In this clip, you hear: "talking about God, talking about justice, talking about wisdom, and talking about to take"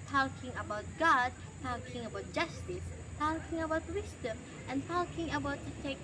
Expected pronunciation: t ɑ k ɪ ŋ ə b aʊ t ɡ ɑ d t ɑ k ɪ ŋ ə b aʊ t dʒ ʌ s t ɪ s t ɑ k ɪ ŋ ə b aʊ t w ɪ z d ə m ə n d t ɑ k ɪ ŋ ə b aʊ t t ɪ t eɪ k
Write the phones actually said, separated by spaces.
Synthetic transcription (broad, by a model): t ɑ k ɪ ŋ ə b aʊ t ɡ ɑ d t ɑ k ɪ ŋ ə b aʊ t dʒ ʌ s t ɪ s t ɑ k ɪ ŋ ə b aʊ t w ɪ s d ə m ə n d t ɑ k ɪ ŋ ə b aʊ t t ɪ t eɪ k